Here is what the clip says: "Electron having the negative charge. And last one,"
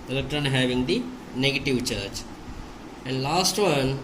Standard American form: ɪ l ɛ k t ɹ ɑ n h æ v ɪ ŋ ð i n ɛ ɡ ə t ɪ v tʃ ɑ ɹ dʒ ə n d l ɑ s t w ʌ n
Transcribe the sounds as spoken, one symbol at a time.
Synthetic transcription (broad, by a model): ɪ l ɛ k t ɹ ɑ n h æ v ɪ ŋ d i n ɛ ɡ ə t ɪ v tʃ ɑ ɹ tʃ ə n d l ɑ s t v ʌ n